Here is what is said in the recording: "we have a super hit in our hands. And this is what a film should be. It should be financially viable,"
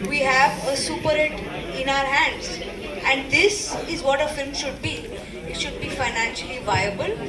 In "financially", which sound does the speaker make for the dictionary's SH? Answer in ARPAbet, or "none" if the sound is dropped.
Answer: SH